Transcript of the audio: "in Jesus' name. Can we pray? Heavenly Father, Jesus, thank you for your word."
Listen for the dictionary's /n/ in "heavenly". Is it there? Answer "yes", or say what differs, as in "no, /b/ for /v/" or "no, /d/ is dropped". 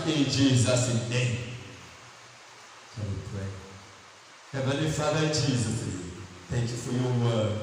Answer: no, /n/ is dropped